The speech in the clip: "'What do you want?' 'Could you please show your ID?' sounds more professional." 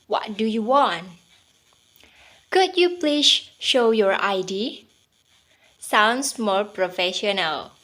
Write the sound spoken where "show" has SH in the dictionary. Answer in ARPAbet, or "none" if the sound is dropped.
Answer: SH